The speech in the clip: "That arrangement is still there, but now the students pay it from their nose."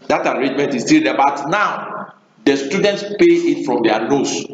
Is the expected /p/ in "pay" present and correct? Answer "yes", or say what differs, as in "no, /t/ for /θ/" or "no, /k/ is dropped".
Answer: yes